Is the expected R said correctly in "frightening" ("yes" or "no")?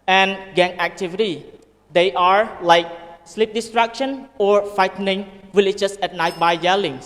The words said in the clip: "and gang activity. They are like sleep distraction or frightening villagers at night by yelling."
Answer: no